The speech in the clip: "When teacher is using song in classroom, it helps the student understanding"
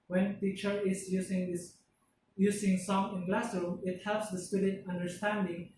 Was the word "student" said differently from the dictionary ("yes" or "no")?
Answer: yes